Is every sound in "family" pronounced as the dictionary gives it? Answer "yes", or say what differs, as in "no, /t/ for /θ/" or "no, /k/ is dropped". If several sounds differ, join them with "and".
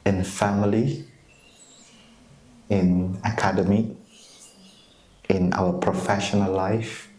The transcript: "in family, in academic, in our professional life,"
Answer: yes